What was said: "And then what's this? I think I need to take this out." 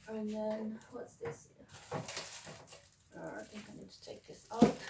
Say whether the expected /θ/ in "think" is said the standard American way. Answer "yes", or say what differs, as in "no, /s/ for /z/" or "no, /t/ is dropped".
yes